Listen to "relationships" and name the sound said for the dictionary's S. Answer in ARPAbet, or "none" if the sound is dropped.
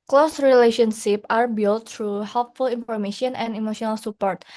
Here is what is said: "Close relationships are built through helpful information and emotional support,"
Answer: none